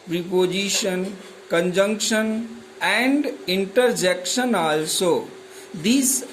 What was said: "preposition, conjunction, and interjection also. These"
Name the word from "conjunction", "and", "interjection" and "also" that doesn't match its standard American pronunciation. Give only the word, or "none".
none